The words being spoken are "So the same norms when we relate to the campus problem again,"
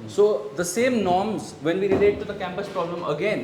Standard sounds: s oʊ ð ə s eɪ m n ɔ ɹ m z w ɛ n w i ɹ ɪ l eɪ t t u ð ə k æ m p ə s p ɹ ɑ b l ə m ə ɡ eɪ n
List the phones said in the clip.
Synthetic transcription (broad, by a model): s oʊ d ə s eɪ m n ɔ ɹ m z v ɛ n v i ɹ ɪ l eɪ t t u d ə k æ m p ə s p ɹ ɑ b l ə m ə ɡ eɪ n